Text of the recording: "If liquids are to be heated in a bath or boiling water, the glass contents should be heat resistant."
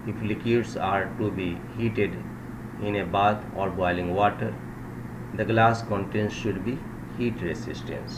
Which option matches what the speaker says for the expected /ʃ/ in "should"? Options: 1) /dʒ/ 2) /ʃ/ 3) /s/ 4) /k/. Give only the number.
2